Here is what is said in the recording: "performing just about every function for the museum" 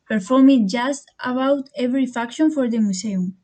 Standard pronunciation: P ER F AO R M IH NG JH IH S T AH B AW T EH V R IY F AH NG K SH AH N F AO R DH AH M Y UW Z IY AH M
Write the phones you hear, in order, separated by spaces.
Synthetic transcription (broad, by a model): P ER F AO R M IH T JH IH S T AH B AW T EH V R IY F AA K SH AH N F AO R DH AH M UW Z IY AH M